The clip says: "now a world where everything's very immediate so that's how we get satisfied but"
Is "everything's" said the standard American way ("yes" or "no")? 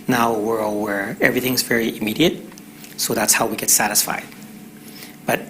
yes